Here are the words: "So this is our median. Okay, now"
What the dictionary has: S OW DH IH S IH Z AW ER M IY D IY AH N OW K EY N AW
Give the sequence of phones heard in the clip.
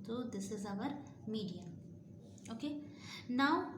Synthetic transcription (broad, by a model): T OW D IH S IH Z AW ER M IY D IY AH OW K EY N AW